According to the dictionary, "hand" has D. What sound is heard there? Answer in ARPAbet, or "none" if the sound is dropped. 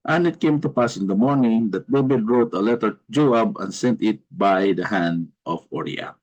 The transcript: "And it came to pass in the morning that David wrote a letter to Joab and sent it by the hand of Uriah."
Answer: D